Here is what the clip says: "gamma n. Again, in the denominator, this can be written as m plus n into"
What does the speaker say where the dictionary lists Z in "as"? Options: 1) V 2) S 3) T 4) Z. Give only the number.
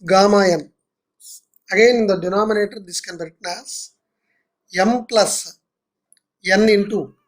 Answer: 2